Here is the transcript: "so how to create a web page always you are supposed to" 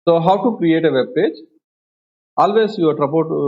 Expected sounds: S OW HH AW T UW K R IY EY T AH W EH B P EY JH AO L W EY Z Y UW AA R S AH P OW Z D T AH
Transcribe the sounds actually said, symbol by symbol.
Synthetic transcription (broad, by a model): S OW HH AW T UW K R IY EY T AH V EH B P EY JH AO L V EY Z Y UW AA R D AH P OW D T